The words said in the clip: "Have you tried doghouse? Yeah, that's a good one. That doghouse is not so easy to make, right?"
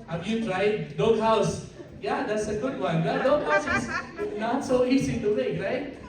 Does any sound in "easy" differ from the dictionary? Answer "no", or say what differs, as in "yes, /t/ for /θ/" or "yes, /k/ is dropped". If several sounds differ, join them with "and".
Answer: yes, /s/ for /z/